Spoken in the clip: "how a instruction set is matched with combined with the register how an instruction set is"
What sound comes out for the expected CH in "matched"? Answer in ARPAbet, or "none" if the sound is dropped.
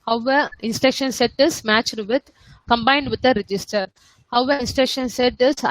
CH